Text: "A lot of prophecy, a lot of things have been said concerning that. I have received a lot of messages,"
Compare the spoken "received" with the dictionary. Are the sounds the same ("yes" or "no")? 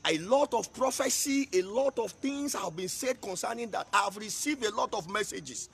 yes